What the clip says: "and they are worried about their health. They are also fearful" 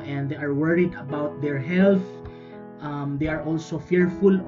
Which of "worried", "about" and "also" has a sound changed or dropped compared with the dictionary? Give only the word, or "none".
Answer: none